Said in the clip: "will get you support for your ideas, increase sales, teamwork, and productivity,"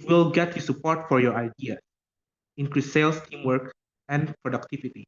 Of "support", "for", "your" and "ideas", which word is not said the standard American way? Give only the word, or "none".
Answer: ideas